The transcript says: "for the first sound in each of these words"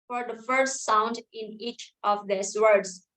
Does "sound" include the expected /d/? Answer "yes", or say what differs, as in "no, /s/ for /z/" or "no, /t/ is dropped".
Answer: yes